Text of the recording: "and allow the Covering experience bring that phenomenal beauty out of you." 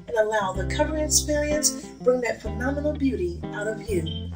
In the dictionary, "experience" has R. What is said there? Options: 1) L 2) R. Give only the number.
1